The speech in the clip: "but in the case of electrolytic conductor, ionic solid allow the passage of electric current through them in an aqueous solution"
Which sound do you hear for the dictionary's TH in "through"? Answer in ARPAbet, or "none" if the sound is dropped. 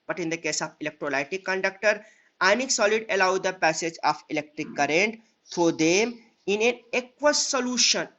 F